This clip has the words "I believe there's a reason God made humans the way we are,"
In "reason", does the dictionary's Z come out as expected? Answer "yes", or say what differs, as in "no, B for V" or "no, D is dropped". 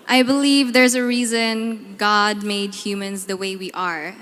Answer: yes